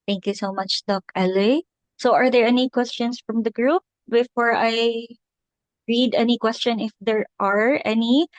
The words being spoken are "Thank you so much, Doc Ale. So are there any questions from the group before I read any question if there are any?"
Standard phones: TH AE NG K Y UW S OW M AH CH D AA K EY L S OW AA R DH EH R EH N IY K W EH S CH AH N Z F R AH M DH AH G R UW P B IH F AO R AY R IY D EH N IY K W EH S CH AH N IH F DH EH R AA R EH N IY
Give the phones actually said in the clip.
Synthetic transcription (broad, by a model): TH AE NG K Y UW S OW M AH CH D AA K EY L S OW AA R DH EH R EH N IY K W EH S CH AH N S F R AH M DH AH G R UW P B IH F AO R AY R IY D EH N IY K W EH S CH AH N IH F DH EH R AA R EH N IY